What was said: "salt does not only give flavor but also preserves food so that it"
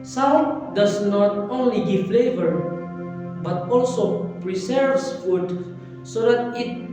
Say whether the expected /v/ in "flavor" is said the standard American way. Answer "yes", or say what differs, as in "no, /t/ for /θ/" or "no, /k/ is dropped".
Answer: yes